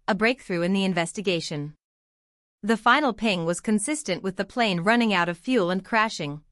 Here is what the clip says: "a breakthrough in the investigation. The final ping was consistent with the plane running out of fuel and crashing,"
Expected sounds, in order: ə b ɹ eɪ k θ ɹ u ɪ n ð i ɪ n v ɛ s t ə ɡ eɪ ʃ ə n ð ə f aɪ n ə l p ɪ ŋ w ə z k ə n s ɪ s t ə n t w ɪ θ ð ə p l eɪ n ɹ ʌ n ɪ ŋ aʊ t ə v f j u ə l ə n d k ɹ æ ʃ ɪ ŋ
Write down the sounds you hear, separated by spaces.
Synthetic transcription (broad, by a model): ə b ɹ eɪ k θ ɹ u ɪ n ð i ɪ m v ɛ s t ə ɡ eɪ ʃ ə n ð ə f aɪ n l p ɪ ŋ w ə z k ə n s ɪ s t ə n t w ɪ ð ə p l eɪ n ɹ ʌ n ɪ ŋ aʊ t ə v f j u l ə n k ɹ æ ʃ ɪ ŋ